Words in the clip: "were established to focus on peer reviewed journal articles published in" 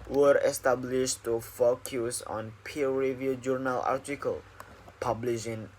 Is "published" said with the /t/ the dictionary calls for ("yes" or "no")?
no